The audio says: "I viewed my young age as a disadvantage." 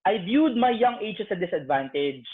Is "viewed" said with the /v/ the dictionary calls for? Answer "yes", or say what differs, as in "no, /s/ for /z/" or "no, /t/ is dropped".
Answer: no, /b/ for /v/